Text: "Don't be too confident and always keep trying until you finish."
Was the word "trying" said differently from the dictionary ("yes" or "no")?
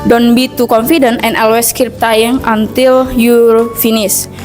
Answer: yes